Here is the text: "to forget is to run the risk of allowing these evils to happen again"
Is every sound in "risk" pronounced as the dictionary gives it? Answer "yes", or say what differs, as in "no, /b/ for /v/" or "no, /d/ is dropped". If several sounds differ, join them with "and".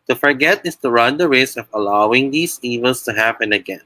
no, /k/ is dropped